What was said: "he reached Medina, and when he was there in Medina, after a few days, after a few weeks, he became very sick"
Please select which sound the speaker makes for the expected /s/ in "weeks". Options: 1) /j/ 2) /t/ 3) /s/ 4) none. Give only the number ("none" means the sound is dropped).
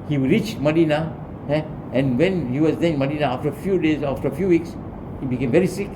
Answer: 3